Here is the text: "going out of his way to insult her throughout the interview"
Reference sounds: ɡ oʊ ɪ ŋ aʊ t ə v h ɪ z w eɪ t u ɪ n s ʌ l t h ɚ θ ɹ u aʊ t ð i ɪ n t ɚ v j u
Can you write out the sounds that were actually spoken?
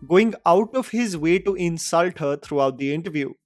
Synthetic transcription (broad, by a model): ɡ oʊ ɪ ŋ aʊ t ə v h ɪ z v eɪ t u ɪ n s ʌ l t h ɚ t ɹ u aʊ t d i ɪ n t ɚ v j u